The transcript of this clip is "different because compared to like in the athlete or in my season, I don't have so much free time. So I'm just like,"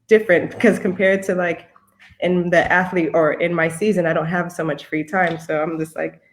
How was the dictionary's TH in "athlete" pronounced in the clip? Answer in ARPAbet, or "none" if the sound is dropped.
TH